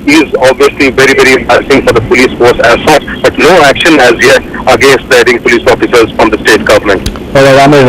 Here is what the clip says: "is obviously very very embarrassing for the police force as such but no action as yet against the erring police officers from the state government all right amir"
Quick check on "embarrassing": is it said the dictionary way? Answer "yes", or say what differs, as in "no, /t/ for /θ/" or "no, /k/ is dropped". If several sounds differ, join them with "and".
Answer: no, /ɹ/ is dropped